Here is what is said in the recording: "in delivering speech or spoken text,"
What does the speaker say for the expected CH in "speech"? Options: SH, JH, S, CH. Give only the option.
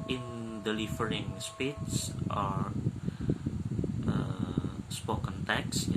S